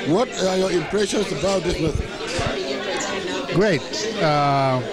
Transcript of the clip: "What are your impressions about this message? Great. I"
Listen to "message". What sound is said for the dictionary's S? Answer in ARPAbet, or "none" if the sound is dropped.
TH